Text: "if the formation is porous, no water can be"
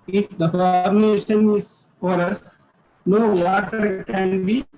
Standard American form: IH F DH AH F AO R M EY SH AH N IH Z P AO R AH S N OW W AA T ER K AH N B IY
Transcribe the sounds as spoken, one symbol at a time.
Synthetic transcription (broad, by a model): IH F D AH F AO R M EY SH AH N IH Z F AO R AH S N OW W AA T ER K AH N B IY